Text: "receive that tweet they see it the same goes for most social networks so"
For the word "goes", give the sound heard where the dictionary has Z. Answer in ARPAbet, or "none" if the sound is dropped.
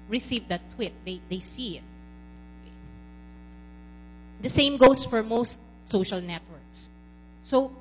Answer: S